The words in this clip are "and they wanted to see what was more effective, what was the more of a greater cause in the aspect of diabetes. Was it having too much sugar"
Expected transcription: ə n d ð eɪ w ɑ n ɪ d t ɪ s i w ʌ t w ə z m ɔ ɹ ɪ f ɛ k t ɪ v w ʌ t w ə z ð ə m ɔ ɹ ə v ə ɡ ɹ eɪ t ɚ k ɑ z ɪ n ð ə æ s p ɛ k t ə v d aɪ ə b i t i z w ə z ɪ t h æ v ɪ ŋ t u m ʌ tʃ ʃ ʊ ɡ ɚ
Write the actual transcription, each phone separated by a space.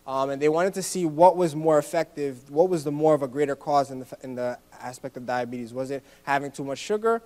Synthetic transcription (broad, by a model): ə n ð eɪ w ɑ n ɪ d t ɪ s i w ʌ t w ə z m ɔ ɹ ɪ f ɛ k t ɪ v w ʌ t w ə z ð ə m ɔ ɹ ə v ə ɡ ɹ eɪ t ɚ k ɑ z ɪ n ð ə æ s p ɛ k t ə v d aɪ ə b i t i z w ə z ɪ t h æ v ɪ ŋ t u m ʌ tʃ ʃ ʊ ɡ ɚ